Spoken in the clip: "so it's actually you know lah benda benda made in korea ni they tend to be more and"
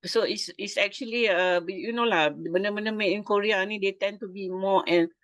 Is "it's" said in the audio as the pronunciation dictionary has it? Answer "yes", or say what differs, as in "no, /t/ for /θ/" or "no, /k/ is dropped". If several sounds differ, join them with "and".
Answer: no, /s/ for /t/